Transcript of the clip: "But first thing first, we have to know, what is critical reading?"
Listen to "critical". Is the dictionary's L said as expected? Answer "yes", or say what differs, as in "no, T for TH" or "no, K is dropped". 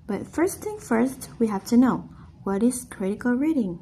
yes